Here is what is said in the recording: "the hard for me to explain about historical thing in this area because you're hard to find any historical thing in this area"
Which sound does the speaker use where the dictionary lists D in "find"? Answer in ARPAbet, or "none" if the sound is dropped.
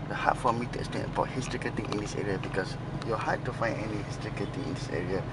none